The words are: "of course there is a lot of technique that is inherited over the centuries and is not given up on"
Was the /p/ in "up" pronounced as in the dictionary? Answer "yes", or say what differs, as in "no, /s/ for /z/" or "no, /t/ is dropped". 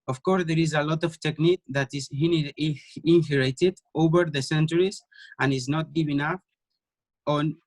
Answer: no, /f/ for /p/